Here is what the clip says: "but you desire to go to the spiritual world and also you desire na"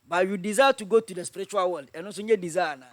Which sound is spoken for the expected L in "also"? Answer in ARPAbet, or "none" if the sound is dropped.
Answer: none